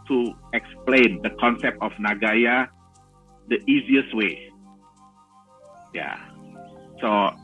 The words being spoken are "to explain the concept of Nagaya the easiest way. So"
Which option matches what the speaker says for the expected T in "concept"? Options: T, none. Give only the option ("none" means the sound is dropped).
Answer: T